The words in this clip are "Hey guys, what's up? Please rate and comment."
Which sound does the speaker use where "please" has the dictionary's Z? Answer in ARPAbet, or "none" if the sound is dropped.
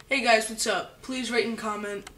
Z